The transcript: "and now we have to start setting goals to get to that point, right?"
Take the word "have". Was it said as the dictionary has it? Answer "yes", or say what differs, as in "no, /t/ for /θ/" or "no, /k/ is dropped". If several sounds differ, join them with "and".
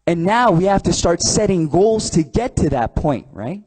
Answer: no, /f/ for /v/